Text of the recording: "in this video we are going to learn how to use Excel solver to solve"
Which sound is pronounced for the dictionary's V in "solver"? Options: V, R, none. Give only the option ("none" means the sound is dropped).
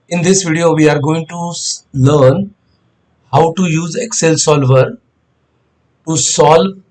V